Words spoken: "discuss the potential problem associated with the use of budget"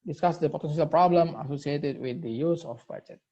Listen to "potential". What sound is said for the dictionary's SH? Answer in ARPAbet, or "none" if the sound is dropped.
S